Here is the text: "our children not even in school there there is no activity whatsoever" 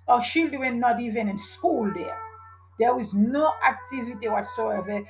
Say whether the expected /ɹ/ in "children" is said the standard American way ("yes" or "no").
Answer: no